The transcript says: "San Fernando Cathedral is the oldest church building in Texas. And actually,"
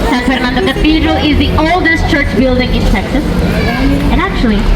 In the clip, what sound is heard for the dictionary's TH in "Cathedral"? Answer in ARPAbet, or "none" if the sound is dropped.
F